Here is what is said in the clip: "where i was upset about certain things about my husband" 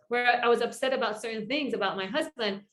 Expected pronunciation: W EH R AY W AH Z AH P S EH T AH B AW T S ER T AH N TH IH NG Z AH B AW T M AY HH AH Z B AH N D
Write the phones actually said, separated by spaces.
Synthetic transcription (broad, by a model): W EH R AY W AH Z AH P S EH T AH B AW T S ER T N TH IH NG Z AH B AW T M AY HH AH Z B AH N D